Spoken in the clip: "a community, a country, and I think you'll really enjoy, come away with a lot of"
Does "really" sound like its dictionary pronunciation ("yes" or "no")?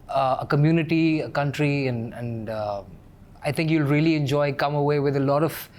yes